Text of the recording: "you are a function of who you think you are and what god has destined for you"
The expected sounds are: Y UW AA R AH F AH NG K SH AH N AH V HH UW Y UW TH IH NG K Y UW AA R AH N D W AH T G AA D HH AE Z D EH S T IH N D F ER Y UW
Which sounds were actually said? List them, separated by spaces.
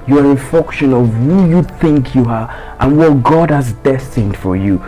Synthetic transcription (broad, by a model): Y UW AA R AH F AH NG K SH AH N AH V HH UW Y UW TH IH NG K Y UW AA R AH N W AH T G AA D HH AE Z D EH S T IH N D F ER Y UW